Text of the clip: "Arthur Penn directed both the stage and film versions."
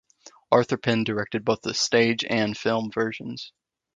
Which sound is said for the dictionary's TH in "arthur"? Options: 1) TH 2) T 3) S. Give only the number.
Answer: 1